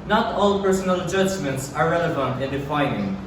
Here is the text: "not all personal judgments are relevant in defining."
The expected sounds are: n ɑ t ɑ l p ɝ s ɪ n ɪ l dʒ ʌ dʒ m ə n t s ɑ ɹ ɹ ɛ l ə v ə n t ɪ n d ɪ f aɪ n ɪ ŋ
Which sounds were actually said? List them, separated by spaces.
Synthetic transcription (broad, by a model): n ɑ t ɑ l p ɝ s n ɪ l dʒ ʌ dʒ m ə n t s ɑ ɹ ɹ ɛ l ə v ə n t ɪ n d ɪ f aɪ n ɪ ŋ